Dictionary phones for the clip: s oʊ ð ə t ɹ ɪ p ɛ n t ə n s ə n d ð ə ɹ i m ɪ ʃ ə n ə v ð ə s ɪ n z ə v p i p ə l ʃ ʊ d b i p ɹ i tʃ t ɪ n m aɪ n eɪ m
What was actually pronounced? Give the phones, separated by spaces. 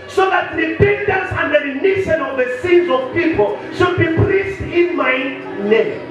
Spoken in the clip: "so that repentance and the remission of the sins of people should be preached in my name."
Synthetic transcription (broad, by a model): s oʊ ð ə t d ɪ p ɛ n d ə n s ə n d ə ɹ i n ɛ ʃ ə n ə v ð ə s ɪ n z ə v p i p ə l ʃ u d b i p l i s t ɪ n m aɪ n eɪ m